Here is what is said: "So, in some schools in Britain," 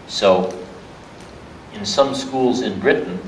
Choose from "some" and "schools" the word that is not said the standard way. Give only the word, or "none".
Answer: none